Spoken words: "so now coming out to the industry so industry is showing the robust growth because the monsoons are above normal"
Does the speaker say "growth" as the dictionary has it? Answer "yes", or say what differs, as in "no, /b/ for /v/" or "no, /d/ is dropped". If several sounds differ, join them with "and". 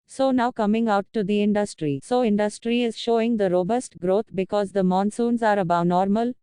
no, /t/ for /θ/